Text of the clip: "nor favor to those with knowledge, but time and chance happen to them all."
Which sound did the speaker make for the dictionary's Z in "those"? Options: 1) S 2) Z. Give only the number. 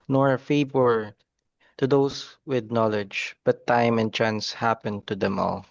1